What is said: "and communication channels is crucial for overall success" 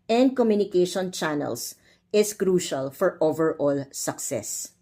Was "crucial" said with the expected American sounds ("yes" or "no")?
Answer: yes